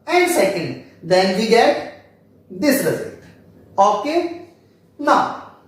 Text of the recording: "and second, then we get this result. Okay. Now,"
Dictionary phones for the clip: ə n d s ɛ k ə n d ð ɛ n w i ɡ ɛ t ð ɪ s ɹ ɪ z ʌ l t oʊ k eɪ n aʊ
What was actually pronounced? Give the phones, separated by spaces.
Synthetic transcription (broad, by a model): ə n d s ɛ k ə n d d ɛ n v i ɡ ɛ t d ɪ s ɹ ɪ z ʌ t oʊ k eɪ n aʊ